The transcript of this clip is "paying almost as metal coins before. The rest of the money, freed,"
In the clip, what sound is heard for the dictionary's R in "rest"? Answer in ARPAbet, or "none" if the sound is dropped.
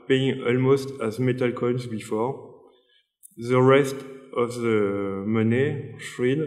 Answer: R